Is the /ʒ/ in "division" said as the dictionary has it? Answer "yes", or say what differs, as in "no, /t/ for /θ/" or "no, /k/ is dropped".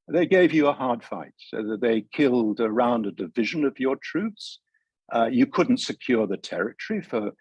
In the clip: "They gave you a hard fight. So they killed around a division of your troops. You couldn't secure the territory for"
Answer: yes